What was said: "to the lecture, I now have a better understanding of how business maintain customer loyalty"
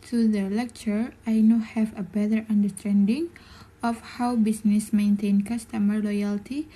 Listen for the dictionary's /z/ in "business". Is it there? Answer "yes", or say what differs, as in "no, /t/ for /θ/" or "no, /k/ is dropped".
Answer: no, /s/ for /z/